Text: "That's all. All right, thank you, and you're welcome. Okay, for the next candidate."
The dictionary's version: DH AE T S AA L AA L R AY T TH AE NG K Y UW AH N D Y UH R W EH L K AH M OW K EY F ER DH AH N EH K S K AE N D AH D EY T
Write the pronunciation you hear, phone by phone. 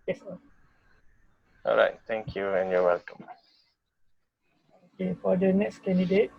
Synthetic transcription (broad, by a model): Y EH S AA AA L R AY T T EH NG K Y UW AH N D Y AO W EH L K AH M OW K EY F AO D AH N EH K S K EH N D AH D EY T